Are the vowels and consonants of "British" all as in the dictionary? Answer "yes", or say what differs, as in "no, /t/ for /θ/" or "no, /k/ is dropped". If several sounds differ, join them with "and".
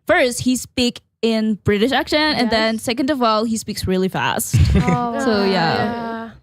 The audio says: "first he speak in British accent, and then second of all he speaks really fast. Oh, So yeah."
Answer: yes